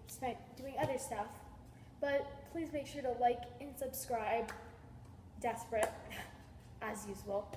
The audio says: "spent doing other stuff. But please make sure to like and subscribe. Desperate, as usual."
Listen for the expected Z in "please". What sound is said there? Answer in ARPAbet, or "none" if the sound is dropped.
Z